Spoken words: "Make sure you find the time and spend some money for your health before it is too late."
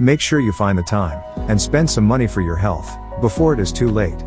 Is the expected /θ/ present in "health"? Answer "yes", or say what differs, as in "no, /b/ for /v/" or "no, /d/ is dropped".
yes